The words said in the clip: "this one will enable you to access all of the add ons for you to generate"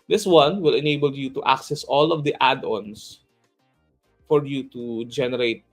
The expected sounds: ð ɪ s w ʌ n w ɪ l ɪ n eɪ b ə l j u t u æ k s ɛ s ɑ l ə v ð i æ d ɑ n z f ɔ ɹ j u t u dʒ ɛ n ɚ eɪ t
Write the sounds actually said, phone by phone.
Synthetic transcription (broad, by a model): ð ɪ s w ʌ n w ɪ l ɪ n eɪ b ə l j u t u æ k s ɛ s ɑ l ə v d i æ d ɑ n s f ɔ ɹ j u t u dʒ ɛ n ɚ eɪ t